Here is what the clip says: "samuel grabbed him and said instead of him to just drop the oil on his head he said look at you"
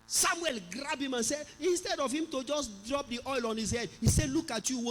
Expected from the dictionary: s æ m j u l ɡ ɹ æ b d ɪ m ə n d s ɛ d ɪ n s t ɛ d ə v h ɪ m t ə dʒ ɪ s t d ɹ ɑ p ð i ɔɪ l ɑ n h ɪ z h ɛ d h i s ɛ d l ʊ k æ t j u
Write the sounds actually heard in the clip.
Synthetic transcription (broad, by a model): s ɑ m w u l ɡ ɹ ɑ b ɪ m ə n s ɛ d ɪ n s t ɛ d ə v h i m t ə dʒ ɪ s d ɹ ɑ p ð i ɔɪ l ɑ n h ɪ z h ɛ d h i s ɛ l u k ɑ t j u